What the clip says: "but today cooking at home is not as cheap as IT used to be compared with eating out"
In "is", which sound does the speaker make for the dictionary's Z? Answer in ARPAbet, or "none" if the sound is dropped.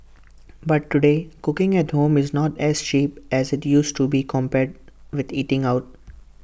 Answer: Z